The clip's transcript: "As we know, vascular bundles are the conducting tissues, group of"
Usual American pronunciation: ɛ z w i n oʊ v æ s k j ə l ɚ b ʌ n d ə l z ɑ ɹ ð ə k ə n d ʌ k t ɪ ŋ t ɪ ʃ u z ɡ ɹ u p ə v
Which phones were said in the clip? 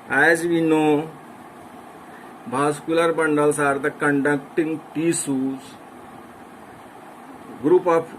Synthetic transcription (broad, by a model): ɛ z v i n oʊ b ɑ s k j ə l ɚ b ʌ n d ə l s ɑ ɹ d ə k ə n d ʌ k t ɪ ŋ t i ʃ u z ɡ ɹ u p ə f